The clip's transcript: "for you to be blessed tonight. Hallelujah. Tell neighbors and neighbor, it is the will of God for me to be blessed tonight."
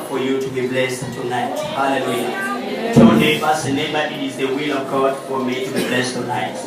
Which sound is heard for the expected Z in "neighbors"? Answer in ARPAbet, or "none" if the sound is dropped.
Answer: S